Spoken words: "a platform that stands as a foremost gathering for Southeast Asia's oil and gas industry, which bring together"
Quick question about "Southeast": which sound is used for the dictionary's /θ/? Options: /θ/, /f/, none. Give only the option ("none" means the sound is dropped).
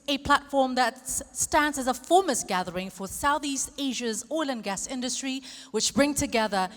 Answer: /θ/